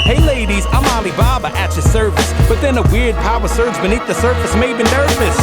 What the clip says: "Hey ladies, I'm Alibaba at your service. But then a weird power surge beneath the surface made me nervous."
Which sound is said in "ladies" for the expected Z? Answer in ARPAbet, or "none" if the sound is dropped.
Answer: Z